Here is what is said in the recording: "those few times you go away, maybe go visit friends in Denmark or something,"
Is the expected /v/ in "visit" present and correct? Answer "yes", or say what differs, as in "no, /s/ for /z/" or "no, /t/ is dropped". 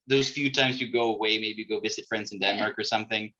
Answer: yes